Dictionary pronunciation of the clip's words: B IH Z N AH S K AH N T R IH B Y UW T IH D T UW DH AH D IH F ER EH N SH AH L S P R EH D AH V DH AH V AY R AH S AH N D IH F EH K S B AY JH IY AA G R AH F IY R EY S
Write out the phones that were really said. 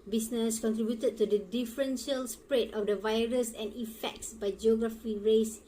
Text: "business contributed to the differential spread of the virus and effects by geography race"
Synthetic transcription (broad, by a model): B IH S N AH S K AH N T R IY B Y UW T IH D T UW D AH D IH F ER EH N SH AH L S P R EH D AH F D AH V AY R AH S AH N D IH F EH K S B AY JH IY AA G R AH F IY R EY S